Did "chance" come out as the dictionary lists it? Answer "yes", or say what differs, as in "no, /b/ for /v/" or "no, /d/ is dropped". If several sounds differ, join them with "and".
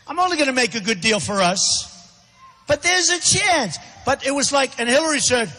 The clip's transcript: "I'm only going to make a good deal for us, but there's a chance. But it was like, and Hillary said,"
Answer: yes